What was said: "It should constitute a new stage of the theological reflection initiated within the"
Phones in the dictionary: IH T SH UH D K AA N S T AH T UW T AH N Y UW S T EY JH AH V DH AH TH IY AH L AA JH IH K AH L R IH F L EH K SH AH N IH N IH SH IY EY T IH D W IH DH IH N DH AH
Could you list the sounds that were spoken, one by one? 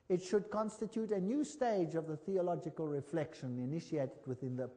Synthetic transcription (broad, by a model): IH T SH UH D K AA N S T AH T UW T AH N Y UW S T EY JH AH V DH AH TH IY AH L AA JH IH K AH L R IH F L EH K SH AH N IH N IH SH IY EY T IH D W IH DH IH N DH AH